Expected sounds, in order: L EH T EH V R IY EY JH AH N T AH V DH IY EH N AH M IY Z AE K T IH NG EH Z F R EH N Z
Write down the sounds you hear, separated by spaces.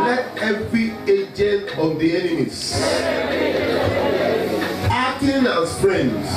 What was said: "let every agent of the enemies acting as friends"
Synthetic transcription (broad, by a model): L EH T EH V R IY EY JH AH N T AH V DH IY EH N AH M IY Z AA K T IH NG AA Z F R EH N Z